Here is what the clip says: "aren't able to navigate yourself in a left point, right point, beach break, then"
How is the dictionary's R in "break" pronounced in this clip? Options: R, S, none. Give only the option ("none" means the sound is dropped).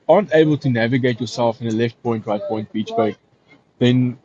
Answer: none